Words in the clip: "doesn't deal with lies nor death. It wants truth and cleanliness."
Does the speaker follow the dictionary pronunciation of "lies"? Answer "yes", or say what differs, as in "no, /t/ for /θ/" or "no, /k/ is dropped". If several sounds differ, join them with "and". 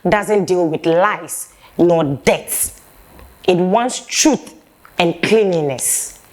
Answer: no, /s/ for /z/